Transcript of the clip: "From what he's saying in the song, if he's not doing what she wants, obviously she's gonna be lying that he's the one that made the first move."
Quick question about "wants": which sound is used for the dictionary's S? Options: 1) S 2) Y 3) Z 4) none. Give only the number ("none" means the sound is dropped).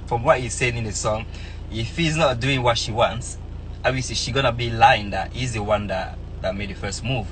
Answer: 1